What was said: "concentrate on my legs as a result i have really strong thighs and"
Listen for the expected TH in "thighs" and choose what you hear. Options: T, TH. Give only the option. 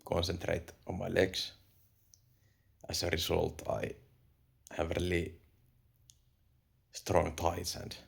T